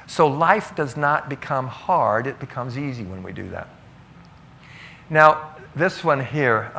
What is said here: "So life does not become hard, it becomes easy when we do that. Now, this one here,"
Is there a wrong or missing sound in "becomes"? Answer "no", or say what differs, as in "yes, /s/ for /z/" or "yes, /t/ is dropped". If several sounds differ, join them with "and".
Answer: no